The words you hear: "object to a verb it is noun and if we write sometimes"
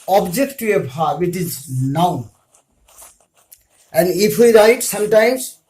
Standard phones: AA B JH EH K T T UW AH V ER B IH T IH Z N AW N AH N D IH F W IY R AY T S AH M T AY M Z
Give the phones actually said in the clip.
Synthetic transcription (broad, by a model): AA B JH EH K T T UW AH P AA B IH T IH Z N AW N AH N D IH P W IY R AY T S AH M T AY M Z